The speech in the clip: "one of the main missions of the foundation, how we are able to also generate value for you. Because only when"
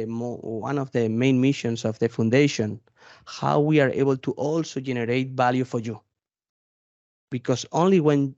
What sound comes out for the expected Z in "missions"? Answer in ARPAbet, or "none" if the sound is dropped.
S